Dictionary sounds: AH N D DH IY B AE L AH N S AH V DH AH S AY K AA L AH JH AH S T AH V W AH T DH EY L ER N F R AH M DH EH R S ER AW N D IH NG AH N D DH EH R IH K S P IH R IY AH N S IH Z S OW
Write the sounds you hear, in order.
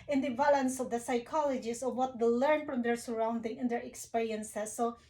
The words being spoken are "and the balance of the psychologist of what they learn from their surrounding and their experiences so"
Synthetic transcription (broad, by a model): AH N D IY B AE L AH N S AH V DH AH S AY K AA L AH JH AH S AH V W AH T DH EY L ER N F R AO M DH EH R S ER AW N D IH NG AH N D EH R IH K S P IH R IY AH N S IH S OW